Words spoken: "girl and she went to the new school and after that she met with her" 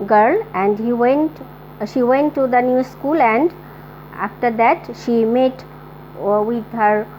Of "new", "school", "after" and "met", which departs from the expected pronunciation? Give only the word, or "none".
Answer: none